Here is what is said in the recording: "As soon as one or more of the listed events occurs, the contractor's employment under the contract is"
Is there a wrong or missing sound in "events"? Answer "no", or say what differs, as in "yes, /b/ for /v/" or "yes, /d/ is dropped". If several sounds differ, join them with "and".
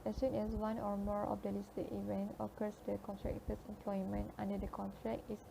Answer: yes, /s/ is dropped